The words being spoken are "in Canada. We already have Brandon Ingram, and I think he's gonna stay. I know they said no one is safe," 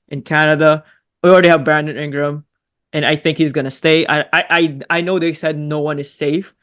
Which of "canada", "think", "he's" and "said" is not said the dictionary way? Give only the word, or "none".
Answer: none